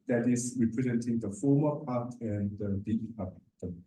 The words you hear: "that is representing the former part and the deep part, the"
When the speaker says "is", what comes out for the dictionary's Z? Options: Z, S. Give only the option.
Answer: S